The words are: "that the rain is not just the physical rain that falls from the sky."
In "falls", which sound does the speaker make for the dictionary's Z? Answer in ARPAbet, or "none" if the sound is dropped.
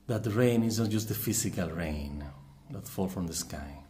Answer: none